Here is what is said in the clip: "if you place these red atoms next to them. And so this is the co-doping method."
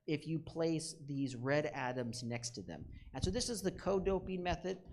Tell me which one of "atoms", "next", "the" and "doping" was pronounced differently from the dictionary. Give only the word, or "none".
none